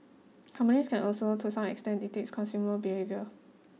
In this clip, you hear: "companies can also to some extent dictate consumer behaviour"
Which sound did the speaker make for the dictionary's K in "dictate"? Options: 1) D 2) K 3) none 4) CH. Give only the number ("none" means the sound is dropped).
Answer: 3